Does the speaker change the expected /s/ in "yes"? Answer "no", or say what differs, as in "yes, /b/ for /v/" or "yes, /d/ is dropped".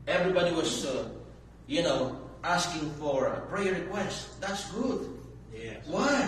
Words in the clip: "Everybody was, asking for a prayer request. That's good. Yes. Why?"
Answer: yes, /s/ is dropped